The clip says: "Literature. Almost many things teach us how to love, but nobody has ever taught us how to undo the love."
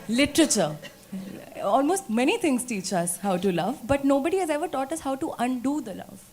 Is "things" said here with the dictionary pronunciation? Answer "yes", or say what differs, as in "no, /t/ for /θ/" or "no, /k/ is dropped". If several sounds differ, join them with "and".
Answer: no, /t/ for /θ/